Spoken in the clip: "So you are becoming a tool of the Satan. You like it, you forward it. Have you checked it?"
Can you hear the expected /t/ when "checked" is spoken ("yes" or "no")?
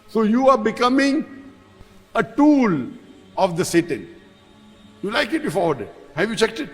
yes